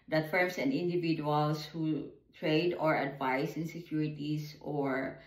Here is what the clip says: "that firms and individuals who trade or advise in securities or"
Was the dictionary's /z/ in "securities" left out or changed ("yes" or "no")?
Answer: yes